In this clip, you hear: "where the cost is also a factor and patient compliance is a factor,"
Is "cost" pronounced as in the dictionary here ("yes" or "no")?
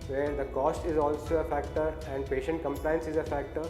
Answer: yes